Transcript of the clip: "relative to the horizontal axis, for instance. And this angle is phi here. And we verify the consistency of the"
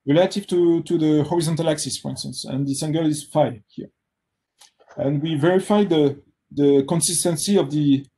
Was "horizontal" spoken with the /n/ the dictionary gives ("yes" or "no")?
yes